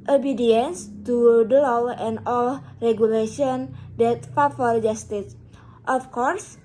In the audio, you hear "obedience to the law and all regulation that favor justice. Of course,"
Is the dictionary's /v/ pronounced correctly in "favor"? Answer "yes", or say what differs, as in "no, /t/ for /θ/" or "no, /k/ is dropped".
no, /f/ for /v/